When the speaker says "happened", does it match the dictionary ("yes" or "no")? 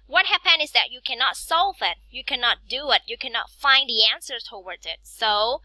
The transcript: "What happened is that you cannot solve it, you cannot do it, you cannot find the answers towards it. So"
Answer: no